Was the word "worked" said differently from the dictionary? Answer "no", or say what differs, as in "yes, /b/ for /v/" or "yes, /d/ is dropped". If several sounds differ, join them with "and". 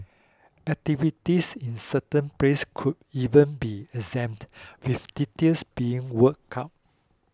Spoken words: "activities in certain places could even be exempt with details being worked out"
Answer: yes, /t/ is dropped